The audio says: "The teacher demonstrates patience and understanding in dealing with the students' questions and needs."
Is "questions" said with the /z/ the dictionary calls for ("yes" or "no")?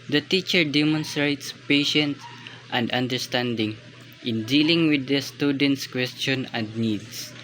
no